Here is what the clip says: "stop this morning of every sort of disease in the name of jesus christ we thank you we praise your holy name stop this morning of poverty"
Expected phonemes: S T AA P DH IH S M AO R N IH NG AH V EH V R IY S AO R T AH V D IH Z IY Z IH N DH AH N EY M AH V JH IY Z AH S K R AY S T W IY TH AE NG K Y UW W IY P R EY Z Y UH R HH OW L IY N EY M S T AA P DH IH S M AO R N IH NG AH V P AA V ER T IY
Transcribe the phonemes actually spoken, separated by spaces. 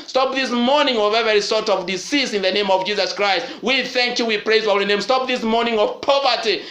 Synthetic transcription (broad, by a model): S T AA P DH IH S M AO R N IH NG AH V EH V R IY S AO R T AH V D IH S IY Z IH N DH AH N EY M AH V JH IY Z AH S K R AY S T W IY TH AE NG K Y UW W IY P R EY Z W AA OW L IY N EY M S T AA P DH IH S M AO R N IH NG AH V P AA V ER T IY